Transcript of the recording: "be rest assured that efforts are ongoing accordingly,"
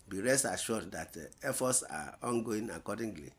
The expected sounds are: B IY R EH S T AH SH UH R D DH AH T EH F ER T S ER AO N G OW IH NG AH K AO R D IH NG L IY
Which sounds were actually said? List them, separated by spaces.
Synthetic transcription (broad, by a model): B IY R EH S AH SH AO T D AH T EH F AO S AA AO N G OW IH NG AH K AO D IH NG L IY